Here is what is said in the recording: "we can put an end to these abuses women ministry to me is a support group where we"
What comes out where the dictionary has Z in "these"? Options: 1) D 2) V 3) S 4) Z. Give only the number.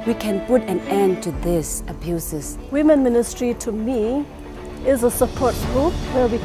3